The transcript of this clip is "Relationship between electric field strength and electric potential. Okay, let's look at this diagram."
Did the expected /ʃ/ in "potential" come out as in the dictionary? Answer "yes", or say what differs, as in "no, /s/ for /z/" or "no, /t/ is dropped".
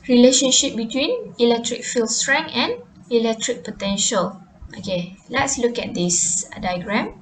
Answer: yes